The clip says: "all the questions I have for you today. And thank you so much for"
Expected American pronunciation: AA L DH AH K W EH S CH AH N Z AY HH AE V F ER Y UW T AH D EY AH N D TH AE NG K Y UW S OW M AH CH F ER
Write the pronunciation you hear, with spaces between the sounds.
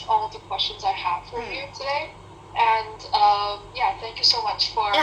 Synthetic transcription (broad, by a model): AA L DH AH K W EH S CH AH N Z AY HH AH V F ER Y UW T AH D EY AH N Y TH AE NG K Y UW S OW M AH CH F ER